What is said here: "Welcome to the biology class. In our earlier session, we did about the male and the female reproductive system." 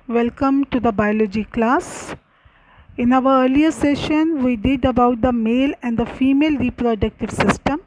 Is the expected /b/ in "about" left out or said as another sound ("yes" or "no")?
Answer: no